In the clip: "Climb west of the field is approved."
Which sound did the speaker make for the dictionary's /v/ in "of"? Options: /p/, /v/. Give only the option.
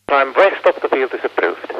/p/